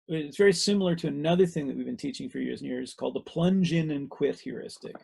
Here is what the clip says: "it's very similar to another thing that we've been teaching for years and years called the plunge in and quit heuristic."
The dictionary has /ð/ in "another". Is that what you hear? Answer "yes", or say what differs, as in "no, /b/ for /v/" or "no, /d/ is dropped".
yes